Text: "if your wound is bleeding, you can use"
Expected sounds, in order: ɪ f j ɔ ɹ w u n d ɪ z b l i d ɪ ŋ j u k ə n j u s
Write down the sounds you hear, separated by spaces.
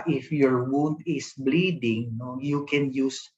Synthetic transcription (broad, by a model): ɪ f j ɔ ɹ w u n d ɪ s b l i d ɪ ŋ j u k ə n j u s